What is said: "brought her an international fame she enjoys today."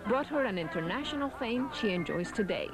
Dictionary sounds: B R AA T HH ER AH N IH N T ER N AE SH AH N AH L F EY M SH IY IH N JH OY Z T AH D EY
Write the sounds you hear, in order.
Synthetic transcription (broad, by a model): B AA T HH ER AH N IH N T ER N AE SH AH N AH L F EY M SH IY IH N JH OY Z T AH D EY